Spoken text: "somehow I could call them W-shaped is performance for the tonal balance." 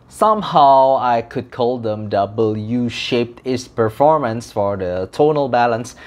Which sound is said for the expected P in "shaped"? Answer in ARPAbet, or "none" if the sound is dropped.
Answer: P